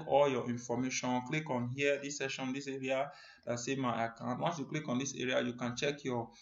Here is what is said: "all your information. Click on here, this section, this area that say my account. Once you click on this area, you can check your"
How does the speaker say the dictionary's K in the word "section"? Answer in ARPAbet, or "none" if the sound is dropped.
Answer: none